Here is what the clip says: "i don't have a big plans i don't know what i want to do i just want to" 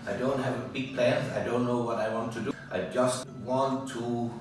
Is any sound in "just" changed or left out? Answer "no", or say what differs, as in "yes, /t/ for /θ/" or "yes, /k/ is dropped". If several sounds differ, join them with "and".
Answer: no